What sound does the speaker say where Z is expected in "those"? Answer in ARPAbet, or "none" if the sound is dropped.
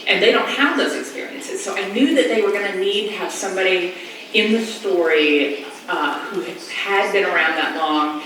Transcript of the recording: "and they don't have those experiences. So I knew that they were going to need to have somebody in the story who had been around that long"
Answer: Z